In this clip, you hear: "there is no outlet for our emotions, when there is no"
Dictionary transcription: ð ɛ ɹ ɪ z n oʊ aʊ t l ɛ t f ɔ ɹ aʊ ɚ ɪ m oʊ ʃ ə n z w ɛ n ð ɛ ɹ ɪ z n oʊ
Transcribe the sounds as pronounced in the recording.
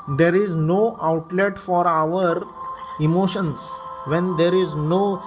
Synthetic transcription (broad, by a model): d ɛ ɹ ɪ z n oʊ aʊ t l ɛ t f ɔ ɹ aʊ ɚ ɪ m oʊ ʃ ə n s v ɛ n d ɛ ɹ ɪ z n oʊ